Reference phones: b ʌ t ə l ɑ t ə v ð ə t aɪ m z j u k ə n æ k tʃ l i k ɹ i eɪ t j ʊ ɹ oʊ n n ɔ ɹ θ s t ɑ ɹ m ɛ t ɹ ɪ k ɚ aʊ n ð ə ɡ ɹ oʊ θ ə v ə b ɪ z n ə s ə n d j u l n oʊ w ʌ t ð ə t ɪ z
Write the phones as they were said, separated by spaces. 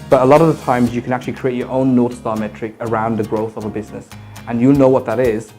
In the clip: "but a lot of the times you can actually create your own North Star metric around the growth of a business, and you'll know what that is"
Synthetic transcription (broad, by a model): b ʌ t ə l ɑ t ə v ð ə t aɪ m z j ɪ k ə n æ k tʃ l i k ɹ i eɪ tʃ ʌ ɹ oʊ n n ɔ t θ s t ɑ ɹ m ɛ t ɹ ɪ k ɚ aʊ n ð ə ɡ ɹ oʊ θ ə v ə b ɪ z n ə s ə n j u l n oʊ w ʌ t ð ə t ɪ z